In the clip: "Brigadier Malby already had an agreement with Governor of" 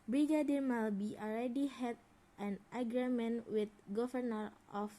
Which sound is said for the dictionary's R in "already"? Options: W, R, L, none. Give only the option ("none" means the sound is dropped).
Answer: L